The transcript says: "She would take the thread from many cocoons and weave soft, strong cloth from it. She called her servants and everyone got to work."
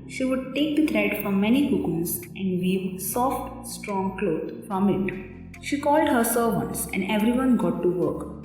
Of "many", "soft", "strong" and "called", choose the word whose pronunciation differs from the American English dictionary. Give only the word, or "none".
none